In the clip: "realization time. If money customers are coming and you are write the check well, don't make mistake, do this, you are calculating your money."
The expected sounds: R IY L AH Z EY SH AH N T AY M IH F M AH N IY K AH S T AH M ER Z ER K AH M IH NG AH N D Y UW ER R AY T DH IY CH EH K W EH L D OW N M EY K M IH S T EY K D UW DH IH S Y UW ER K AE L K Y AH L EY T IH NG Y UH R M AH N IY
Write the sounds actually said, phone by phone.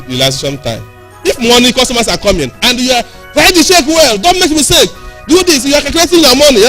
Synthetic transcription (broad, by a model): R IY L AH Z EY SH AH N T AY M IH F M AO N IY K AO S T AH M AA S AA K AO M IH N AH N D Y UW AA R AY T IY SH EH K W EH L D OW N M EY K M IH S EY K D UW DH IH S Y UW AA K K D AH EY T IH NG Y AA M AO N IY